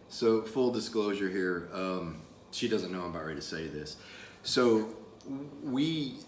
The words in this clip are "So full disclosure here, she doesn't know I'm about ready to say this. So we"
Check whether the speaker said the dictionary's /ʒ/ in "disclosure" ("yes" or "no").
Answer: yes